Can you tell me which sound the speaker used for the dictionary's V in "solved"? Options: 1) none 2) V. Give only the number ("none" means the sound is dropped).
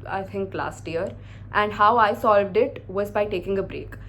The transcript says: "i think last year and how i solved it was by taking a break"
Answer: 2